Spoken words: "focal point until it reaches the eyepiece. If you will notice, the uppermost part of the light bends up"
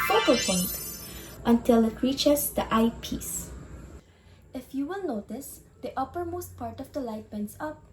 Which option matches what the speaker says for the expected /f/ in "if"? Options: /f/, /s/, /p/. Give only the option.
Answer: /f/